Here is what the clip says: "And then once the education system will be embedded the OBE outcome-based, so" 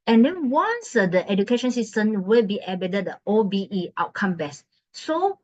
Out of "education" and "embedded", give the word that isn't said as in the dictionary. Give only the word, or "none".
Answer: embedded